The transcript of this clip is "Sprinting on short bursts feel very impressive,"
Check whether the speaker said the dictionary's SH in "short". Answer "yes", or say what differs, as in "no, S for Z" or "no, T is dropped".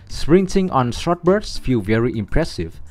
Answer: no, S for SH